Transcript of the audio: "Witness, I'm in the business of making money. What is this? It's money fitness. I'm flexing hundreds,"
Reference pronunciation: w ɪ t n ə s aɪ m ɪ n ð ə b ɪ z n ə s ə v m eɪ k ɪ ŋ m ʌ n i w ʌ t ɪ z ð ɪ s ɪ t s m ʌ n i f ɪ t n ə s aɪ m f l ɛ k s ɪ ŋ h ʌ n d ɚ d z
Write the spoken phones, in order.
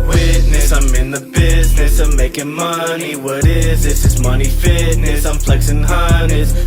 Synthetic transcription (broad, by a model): w ɪ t n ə s aɪ m ɪ n ð ə b ɪ z n ə s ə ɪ m eɪ k ɪ ŋ m ʌ n i w ʌ t ɪ z ð ɪ s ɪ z m ʌ n i f ɪ t n ə s aɪ m f l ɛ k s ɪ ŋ h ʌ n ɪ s